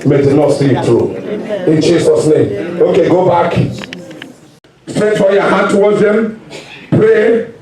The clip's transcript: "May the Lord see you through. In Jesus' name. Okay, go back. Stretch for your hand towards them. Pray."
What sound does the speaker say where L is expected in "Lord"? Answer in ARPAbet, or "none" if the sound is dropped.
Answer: N